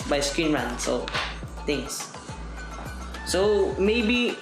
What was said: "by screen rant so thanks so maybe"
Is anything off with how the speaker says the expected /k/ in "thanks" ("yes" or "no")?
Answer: yes